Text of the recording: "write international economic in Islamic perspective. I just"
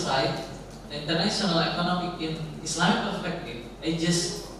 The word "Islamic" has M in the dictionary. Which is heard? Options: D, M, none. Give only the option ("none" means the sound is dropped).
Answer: none